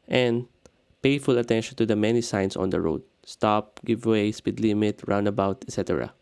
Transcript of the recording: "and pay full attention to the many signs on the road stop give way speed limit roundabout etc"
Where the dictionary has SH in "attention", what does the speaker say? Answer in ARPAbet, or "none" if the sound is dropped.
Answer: SH